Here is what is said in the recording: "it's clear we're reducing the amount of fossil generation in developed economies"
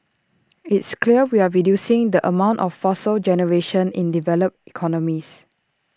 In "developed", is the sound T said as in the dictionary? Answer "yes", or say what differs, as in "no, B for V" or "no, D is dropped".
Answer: no, T is dropped